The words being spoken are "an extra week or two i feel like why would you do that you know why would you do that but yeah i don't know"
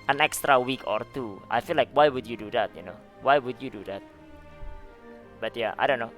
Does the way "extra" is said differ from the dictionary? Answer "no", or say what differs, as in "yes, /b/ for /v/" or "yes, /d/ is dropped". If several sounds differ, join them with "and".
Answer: no